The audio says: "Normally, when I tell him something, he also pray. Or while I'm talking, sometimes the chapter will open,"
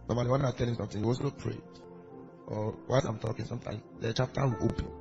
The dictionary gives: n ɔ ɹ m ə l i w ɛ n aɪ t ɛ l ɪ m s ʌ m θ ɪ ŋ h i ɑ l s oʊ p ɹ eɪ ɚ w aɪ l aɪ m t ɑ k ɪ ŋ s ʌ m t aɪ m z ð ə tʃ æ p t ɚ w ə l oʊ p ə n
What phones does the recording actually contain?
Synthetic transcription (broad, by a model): n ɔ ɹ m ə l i w ɛ n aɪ t ɛ l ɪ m s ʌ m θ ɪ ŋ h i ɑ s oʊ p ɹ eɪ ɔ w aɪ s aɪ m t ɑ k ɪ ŋ s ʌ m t aɪ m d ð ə tʃ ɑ p t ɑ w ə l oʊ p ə n